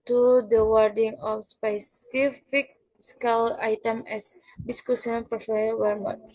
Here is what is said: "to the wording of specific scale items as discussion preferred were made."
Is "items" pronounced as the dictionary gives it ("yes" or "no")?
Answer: no